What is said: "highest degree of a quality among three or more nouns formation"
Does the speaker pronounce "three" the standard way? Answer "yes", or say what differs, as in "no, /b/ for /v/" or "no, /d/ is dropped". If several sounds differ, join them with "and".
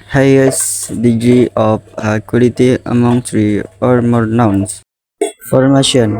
no, /s/ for /θ/